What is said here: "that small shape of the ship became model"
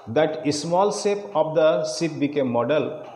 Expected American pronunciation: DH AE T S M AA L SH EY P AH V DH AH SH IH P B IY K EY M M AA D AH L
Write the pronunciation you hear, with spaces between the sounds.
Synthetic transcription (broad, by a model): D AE T S M AA L S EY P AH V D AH S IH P B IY K EY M M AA D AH L